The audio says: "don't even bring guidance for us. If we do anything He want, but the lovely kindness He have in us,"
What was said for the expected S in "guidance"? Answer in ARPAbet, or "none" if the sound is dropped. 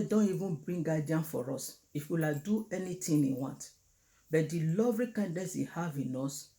none